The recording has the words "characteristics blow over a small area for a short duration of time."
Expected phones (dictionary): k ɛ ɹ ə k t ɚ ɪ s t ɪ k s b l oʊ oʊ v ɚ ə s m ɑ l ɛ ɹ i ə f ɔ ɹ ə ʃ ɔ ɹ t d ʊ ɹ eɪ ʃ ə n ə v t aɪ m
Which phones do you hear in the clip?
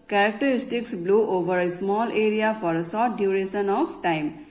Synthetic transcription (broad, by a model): k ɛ ɹ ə k t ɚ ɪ s t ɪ k s b l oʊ oʊ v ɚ ə s m ɑ l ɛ ɹ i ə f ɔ ɹ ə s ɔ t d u ɹ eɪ s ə n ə p t aɪ m